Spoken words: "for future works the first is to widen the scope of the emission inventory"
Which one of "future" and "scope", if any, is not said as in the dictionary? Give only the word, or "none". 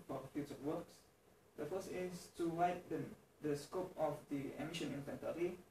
future